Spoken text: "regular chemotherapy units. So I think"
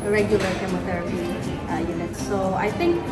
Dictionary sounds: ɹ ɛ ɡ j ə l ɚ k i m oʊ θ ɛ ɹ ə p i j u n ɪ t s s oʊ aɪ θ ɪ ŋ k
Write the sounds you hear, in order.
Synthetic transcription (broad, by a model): ɹ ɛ ɡ j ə l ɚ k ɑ m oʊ t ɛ ɹ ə p i j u n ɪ t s s oʊ aɪ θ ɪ ŋ k